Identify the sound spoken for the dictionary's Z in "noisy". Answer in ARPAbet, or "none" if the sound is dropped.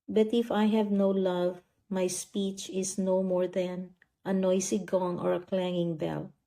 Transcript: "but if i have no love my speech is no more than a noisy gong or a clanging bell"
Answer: S